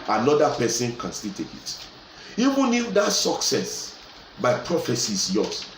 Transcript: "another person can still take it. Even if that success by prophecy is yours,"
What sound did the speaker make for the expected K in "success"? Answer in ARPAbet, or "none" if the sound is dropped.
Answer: K